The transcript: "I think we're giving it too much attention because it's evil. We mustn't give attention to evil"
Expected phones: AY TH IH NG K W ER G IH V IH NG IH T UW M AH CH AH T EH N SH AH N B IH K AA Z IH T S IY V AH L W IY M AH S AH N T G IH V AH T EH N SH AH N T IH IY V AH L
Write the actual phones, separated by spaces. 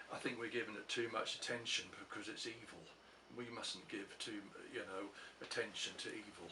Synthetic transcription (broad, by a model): AY TH IH NG K W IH G IH V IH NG IH T UW M AH CH AH T EH N SH AH N B IH K AA Z IH T S IY V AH L W IY M AH S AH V T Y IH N AH T EH N SH AH N T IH IY V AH L